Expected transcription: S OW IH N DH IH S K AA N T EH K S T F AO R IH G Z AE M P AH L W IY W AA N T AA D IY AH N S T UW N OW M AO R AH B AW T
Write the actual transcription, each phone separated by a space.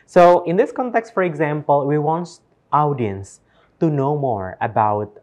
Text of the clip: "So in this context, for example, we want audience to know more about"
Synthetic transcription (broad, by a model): S OW IH N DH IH S K AA N T EH K S T F AO R IH G Z AE M P AH L W IY W AA N T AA D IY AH N S T UW N OW M AO R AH B AW T